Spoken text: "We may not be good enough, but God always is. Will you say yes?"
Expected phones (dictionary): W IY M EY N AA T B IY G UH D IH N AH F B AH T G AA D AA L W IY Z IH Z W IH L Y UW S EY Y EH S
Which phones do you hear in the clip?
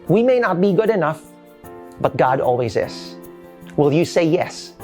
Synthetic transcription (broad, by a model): W IY M EY N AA T B IY G UH D IH N AH F B AH T G AA D AA L W IY Z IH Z W IH L Y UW S EY Y EH S